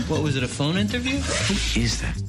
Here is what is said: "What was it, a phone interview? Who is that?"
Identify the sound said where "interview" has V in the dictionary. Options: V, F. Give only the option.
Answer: V